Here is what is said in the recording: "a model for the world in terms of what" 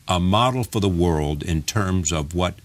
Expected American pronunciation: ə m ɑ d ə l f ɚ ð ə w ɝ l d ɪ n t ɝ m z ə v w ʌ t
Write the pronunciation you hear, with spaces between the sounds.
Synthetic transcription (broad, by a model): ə m ɑ d l f ɚ ð ə w ɝ l d ɪ n t ɝ m z ə v w ʌ t